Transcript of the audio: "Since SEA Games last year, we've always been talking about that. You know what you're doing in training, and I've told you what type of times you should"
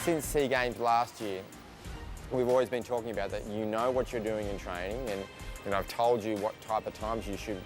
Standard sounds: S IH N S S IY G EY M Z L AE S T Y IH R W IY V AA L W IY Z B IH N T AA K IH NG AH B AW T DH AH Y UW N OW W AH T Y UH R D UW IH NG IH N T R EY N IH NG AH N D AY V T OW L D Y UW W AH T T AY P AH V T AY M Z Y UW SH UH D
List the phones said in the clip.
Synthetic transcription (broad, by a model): S IH N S S IY G EY M Z L AE S T Y IH R W IY V AA L W IY Z B IH N T AA K IH NG AH B AW T DH AH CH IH N OW W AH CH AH R D UW IH NG IH N T R EY N IH NG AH N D AY V T OW L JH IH W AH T T AY P AH V T AY M Z Y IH SH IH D